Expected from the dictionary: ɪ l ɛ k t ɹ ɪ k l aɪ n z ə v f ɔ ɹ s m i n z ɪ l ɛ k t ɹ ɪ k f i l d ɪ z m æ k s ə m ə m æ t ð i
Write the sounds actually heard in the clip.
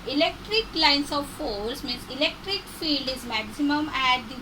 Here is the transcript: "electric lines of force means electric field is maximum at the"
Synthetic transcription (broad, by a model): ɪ l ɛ k t ɹ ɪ k l aɪ n s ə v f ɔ l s m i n s ɪ l ɛ k t ɹ ɪ k f i l d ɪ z m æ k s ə m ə m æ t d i